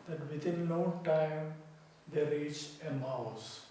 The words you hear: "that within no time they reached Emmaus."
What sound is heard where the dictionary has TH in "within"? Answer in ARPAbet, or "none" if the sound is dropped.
T